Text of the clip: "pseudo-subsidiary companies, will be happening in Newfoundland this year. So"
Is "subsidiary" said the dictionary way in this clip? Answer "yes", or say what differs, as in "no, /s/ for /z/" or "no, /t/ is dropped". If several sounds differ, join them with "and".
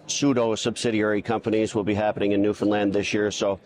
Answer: yes